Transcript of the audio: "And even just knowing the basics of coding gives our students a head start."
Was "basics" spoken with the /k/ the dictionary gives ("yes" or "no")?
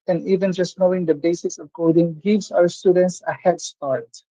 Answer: no